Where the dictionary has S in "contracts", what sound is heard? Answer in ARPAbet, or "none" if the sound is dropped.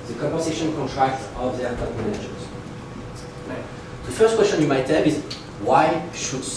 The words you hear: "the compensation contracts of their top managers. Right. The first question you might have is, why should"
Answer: none